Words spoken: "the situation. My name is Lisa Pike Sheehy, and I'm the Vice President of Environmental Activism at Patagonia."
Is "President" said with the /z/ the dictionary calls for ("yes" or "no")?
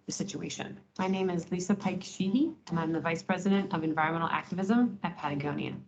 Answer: yes